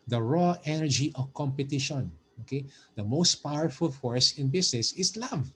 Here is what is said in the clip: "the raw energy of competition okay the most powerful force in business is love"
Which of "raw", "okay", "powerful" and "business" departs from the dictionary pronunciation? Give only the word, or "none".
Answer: business